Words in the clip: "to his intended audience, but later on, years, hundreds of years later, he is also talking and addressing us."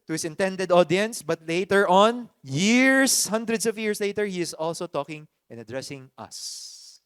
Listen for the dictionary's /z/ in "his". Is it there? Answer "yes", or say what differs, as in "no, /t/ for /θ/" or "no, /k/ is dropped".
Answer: no, /s/ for /z/